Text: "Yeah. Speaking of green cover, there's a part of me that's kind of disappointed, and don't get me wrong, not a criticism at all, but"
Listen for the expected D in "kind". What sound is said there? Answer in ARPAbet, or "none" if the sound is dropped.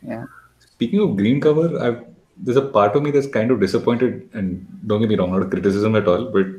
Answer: D